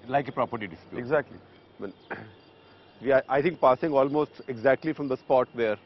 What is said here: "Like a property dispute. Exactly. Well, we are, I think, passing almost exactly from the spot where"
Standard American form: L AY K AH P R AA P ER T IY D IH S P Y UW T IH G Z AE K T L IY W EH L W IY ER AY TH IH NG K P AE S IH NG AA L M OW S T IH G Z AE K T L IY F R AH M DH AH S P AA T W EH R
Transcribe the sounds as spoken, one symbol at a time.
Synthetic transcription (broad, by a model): L AY K AH P R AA P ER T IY D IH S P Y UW IH G Z AE K T L IY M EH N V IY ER AY T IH NG K P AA S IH NG AA L M OW S T IH G Z AE K T L IY F R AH M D AH S P AA T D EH R